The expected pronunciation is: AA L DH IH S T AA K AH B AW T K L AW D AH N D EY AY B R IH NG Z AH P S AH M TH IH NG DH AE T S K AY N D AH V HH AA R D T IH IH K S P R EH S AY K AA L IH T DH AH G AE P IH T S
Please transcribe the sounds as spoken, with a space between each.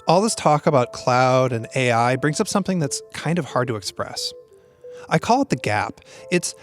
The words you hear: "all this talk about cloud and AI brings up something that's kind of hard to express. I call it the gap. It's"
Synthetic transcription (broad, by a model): AA L DH IH S T AA K AH B AW T K L AW D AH N EY AY B R IH NG Z AH P S AH M TH IH NG DH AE T S K AY N D AH V HH AA R D T IH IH K S P R EH S AY K AA L IH T DH AH G AE P IH T S